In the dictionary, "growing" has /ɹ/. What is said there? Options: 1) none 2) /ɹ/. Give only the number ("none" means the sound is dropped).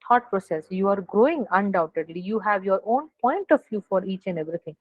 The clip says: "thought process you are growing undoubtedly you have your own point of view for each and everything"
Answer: 2